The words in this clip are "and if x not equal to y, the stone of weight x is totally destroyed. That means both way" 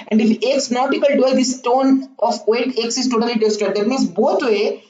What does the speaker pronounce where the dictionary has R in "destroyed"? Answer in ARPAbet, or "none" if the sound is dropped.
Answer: none